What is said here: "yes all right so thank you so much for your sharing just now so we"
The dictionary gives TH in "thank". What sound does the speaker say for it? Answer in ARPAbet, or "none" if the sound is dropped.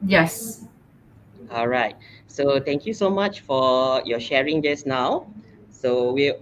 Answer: T